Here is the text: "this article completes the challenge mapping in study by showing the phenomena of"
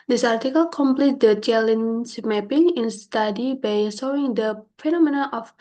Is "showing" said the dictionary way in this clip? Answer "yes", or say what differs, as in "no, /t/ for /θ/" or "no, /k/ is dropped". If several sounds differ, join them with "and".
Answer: no, /s/ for /ʃ/